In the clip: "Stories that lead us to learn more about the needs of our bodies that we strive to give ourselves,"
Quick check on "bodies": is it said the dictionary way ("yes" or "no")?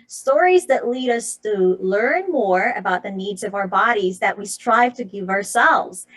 yes